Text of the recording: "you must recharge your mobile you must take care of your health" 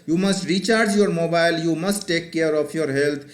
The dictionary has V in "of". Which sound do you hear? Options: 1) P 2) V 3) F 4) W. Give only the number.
1